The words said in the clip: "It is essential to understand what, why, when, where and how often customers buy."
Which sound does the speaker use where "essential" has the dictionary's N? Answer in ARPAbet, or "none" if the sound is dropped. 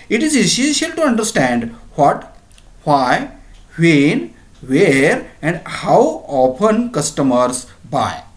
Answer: none